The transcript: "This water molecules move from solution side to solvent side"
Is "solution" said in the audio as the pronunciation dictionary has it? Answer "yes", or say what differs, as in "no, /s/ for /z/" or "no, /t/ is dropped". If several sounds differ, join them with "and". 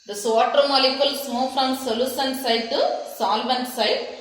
no, /s/ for /ʃ/